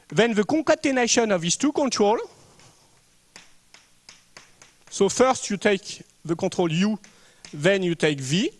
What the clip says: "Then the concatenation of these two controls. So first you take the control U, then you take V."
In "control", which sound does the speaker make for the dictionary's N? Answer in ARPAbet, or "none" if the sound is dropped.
none